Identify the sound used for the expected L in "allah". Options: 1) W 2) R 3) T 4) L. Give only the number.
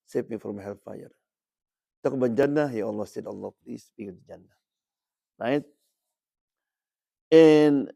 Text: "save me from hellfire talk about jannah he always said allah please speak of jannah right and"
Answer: 4